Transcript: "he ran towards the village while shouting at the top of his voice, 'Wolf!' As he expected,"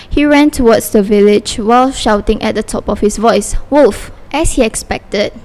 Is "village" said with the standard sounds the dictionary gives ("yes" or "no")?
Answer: yes